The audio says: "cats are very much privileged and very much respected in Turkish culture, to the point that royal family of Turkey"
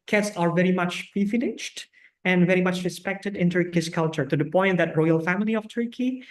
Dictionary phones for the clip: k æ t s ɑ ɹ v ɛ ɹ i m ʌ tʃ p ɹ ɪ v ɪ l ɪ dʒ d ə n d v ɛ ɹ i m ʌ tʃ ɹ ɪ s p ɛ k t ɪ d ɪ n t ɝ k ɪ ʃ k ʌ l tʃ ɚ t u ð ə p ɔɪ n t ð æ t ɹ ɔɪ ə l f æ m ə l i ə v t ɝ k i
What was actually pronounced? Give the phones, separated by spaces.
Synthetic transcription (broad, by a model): k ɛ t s ɑ ɹ v ɛ ɹ i m ʌ tʃ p i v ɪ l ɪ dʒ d ə n d v ɛ ɹ i m ʌ tʃ ɹ ɪ s p ɛ k t ɪ d ɪ n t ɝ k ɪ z k ʌ l tʃ ɚ t u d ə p ɔɪ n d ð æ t ɹ ɔɪ ə l f æ m ə l i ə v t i k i